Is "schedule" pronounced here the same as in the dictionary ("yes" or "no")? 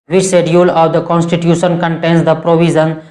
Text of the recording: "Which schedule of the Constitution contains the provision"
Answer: no